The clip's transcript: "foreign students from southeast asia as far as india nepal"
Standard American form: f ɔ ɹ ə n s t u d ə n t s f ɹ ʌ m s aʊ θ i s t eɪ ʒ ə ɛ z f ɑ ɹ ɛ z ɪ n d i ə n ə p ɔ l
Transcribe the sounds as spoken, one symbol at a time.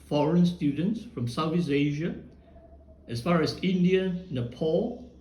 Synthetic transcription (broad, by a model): f ɔ ɹ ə n s t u d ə n t s f ɹ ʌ m s aʊ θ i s eɪ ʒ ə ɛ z f ɑ ɹ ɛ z ɪ n d i ə n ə p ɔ l